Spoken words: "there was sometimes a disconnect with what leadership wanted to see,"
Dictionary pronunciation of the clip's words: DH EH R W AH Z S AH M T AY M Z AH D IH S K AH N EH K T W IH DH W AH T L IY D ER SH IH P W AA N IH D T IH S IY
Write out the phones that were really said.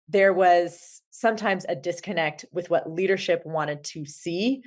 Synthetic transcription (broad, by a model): DH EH R W AH Z S AH M T AY M Z AH D IH S K AH N EH K T W IH DH W AH T L IY D ER SH IH P W AA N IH D T IH S IY